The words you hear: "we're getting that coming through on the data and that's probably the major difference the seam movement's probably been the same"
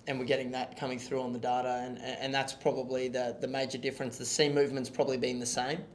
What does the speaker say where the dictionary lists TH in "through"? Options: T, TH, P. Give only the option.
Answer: TH